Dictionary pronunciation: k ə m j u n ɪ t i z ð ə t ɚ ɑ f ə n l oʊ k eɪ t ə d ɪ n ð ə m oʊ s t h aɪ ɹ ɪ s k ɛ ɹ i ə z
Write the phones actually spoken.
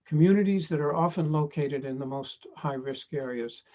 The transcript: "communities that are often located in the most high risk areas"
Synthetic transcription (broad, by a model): k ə m j u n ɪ t i z ð ə t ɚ ɑ f ə n l oʊ k eɪ t ə d ɪ n ð ə m oʊ s t h aɪ ɹ ɪ s k ɛ ɹ i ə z